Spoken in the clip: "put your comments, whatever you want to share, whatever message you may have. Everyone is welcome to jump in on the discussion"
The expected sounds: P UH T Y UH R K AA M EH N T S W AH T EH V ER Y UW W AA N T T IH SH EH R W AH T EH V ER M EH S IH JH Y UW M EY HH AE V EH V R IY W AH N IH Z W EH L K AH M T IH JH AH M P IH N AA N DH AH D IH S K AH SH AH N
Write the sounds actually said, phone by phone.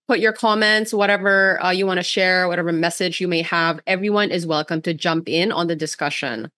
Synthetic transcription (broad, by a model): P UH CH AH R K AA M EH N T S W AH T EH V ER Y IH W AA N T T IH SH EH R W AH T EH V ER M EH S IH JH Y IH M EY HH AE V EH V R IY W AH N IH Z W EH L K AH M T IH JH AH M P IH N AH N DH AH D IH S K AH SH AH N